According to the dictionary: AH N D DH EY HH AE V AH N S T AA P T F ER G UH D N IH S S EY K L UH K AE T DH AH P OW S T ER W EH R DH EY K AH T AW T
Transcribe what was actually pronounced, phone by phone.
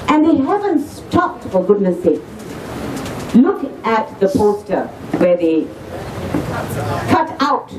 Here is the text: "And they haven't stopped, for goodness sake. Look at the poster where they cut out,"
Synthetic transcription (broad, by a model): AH N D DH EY HH AE V AH N S T AA P T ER G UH D N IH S S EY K L UH K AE T DH AH P OW S T ER W EH R DH EY K AH T AW T